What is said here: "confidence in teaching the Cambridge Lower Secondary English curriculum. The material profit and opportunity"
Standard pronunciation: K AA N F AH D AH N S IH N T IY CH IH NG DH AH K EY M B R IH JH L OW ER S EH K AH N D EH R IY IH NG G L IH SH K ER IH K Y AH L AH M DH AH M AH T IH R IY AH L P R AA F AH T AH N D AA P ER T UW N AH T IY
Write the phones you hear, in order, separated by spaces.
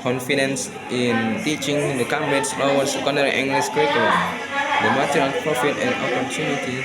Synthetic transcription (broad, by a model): K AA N F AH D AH N S IH N T IY CH IH NG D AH K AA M R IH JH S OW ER S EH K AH N D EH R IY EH NG G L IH S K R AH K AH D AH M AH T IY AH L P R AA F AH T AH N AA P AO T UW N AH T IY